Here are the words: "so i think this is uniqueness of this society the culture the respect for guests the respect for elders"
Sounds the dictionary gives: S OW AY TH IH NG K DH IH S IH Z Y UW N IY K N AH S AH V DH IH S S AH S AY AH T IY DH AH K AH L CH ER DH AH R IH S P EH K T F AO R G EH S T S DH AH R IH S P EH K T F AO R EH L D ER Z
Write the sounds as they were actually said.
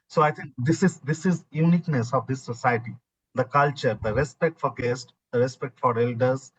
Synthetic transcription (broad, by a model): S OW AY T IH NG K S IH S IH Z Y UW N IY K N AH S AH V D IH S S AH S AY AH T IY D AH K AH L CH ER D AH R IH S P EH K T F AO R G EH S T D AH R IH S P EH K T F AO R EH L D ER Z